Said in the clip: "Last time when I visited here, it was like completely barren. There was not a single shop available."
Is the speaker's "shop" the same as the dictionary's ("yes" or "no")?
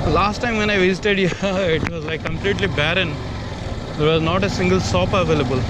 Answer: no